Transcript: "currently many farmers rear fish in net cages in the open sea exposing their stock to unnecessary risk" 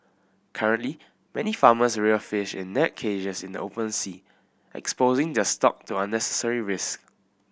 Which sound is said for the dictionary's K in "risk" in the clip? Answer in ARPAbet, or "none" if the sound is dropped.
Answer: K